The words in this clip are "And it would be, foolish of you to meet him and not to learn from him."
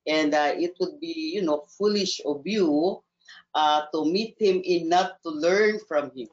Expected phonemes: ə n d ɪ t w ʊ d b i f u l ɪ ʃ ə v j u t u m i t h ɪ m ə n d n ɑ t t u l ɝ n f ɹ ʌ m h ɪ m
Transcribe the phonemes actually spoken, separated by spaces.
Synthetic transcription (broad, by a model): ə n d ɪ t w ʊ d b i f u l ɪ ʃ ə b j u t u m i t h ɪ m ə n n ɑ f t u l ɝ n f ɹ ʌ m h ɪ m